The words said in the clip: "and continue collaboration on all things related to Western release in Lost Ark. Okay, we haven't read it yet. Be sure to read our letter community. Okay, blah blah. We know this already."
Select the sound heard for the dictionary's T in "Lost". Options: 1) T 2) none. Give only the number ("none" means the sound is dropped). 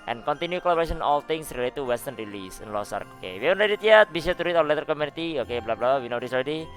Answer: 2